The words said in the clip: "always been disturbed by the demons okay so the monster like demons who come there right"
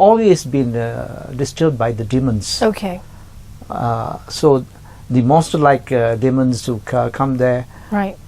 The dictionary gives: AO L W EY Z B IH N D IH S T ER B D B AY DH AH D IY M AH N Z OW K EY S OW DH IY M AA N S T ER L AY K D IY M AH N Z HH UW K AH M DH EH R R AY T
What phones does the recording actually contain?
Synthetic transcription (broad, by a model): AO L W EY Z B IH N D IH S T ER D B AY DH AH D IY M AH N S OW K EY S OW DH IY M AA S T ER L AY K D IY M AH N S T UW K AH M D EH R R AY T